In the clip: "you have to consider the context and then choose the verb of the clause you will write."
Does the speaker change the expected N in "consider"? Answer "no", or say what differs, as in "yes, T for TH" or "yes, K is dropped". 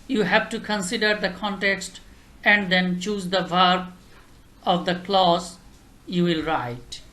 no